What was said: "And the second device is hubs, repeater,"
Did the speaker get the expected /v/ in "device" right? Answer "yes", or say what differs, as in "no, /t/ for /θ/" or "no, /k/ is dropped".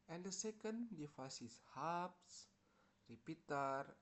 no, /f/ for /v/